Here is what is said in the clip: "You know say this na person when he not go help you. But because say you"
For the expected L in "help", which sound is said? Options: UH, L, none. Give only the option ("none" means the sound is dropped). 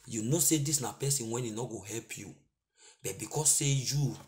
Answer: L